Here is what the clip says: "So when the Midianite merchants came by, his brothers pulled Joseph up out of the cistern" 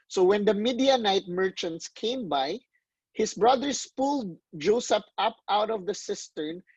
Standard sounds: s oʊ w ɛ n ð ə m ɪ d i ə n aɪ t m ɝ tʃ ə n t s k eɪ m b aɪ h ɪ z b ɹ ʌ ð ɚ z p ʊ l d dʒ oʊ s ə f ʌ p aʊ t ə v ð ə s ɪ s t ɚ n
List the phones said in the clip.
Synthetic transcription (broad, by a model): s oʊ w ɛ n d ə m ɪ d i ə n aɪ t m ɝ tʃ ə n t s k eɪ m b aɪ h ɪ s b ɹ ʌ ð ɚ s p ʊ l d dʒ oʊ s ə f ʌ p aʊ t ə v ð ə s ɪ s t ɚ n